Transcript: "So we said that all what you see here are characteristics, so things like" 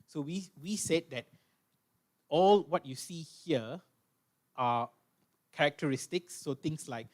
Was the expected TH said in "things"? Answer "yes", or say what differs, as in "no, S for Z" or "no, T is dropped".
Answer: no, T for TH